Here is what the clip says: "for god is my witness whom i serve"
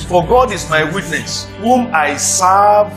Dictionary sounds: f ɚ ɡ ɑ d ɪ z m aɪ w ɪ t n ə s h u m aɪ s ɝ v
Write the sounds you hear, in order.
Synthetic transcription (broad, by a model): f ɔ ɡ ɑ d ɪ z m aɪ w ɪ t n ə s h u m aɪ s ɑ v